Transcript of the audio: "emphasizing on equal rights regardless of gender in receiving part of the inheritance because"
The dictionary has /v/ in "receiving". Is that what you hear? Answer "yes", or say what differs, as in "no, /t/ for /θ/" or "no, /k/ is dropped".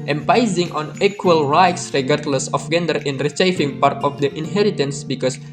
no, /f/ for /v/